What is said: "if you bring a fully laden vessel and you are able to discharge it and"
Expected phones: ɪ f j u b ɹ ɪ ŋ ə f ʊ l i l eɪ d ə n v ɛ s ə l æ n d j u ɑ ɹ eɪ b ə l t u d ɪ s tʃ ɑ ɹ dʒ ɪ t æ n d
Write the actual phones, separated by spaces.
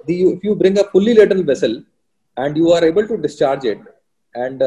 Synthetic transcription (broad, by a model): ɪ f j u b ɹ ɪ ŋ ə f ʊ l i l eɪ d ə l v ɛ s ə l æ n d j u ɑ ɹ eɪ b ə l t u d ɪ s tʃ ɑ ɹ dʒ ɪ t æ n d